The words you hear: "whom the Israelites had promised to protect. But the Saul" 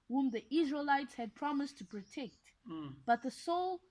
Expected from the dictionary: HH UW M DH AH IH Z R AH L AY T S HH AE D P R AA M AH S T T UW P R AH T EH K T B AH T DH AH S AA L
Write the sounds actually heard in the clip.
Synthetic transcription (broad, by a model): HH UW M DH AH IH Z R AH L AY T S HH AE D P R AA M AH S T T UW P R AH T EH K T B AH T DH AH S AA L